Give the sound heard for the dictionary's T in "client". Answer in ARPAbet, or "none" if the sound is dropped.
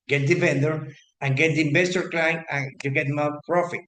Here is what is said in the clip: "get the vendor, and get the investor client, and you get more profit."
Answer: none